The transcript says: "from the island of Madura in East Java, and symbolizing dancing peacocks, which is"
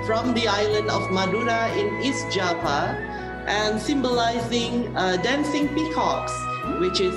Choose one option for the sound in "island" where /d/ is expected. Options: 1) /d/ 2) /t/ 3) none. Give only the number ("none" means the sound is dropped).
1